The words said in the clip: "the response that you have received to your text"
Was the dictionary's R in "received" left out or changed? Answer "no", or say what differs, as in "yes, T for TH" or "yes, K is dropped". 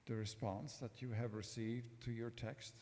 no